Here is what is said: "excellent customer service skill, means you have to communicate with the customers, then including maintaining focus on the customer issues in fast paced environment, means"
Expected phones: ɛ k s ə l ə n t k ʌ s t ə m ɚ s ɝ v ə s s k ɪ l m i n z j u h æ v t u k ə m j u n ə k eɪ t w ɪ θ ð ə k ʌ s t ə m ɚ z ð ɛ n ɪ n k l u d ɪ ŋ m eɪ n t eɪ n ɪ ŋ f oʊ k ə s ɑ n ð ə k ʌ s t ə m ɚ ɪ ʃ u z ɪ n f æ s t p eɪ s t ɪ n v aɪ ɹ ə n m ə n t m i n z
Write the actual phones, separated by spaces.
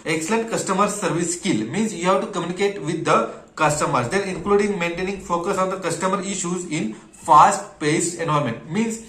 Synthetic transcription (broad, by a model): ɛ k s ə l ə n t k ʌ s t ə m ɚ s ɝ v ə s s k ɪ l m i n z j u h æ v t u k ə m j u n ə k eɪ t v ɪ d ə k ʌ s t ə m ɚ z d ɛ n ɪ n k l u d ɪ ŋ m eɪ n t eɪ n ɪ ŋ f oʊ k ə s ɑ n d ə k ʌ s t ə m ɚ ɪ ʃ u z ɪ n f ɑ s t p eɪ s t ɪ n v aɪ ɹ m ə n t m i n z